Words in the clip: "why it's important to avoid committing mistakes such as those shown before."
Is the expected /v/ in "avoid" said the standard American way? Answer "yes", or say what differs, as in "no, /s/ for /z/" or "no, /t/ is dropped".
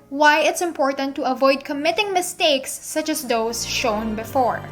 yes